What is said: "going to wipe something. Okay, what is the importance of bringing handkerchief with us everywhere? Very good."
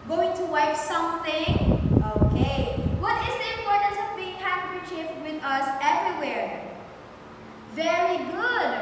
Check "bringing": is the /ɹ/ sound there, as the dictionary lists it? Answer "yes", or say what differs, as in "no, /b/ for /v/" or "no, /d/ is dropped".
no, /ɹ/ is dropped